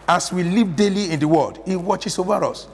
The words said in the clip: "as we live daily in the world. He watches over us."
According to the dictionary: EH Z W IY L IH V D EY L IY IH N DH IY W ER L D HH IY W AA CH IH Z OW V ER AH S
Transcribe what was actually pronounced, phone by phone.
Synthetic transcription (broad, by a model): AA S W IY L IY V D EY L IY IH N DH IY W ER L D HH IY W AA CH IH S OW V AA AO S